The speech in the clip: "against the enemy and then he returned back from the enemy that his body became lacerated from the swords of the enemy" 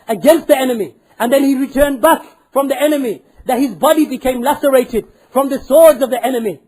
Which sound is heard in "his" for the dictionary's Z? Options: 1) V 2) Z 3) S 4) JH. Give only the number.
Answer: 2